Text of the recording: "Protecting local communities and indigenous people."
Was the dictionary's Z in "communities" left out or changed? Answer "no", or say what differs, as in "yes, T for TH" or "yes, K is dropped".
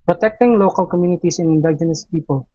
yes, S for Z